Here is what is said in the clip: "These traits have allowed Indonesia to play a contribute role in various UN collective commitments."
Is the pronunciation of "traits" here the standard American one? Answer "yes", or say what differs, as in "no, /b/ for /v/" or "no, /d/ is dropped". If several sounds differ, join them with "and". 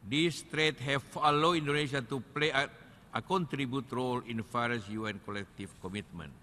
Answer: no, /s/ is dropped